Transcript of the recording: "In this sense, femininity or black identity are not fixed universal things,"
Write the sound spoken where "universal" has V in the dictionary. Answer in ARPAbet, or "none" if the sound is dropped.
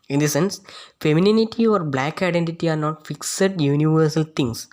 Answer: V